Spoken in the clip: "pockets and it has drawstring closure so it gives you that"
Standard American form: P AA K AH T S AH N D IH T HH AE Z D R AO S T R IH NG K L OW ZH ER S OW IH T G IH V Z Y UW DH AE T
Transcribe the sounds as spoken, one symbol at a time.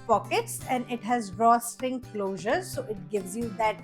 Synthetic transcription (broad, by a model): P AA K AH T S AH N D IH T HH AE Z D R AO S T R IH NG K L OW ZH ER S OW IH T G IH V Z Y UW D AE T